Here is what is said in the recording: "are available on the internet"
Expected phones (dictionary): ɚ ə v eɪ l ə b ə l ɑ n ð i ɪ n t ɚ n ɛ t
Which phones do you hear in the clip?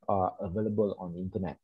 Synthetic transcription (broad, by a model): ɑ ə v eɪ l ə b ə l ɑ n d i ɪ n t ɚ n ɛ t